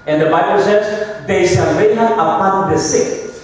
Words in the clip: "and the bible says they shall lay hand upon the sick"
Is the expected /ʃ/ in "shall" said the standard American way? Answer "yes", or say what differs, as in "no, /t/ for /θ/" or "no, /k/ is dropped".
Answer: no, /s/ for /ʃ/